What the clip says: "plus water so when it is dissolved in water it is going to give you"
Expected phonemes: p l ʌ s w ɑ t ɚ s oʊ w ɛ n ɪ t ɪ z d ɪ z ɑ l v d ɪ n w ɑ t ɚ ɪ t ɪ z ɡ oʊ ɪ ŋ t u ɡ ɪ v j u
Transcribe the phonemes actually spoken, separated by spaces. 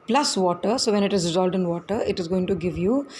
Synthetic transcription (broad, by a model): p l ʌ s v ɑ t ɚ s oʊ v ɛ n ɪ t ɪ z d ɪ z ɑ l d ɪ n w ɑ t ɚ ɪ t ɪ z ɡ oʊ ɪ ŋ t u ɡ ɪ v j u